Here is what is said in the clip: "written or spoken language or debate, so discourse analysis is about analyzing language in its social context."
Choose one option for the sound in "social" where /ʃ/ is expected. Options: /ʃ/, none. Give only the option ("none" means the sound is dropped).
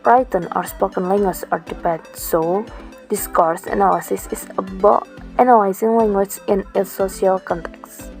none